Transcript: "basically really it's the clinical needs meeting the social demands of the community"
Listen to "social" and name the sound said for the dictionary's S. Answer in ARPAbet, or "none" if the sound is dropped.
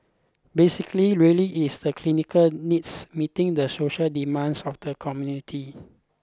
S